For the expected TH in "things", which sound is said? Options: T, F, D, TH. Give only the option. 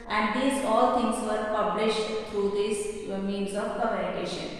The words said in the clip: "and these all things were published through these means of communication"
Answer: T